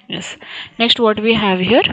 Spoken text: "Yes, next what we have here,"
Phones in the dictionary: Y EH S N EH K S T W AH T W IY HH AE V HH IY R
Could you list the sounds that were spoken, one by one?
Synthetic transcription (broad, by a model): Y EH S N EH K S T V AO T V IY HH AE V HH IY R